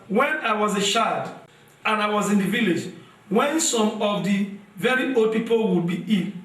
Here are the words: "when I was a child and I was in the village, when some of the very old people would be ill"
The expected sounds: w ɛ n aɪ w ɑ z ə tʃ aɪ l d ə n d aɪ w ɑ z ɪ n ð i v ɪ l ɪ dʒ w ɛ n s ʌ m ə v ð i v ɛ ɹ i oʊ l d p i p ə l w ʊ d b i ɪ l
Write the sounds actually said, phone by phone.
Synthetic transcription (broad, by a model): w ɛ n aɪ w ɑ z ə ʃ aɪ d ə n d aɪ w ɑ z ɪ n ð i v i l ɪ dʒ w ɛ n s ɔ m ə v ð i v ɛ ɹ i oʊ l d p i p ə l w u d b i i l